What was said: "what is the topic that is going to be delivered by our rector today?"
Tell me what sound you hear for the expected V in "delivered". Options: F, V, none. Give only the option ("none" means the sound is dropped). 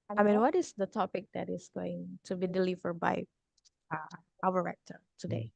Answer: V